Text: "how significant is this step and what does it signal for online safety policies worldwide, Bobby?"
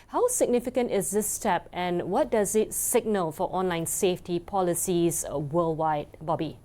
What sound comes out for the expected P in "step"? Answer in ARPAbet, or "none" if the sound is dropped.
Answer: P